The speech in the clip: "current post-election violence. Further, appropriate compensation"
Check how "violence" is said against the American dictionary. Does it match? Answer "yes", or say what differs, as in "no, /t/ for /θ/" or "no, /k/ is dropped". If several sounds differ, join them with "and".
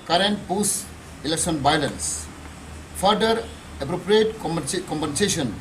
no, /b/ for /v/